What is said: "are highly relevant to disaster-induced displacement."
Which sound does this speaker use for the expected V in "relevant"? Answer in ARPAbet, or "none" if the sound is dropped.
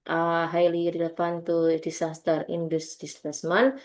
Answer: P